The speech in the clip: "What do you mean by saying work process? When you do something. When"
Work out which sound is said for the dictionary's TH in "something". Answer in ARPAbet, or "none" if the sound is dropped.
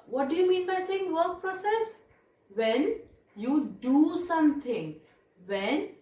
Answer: T